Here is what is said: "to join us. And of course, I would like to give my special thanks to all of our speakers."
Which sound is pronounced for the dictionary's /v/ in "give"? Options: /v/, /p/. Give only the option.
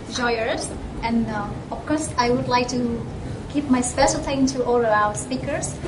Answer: /p/